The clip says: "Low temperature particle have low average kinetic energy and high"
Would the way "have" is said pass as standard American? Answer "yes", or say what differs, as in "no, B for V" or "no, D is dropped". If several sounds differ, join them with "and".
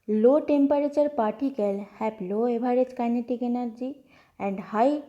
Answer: no, P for V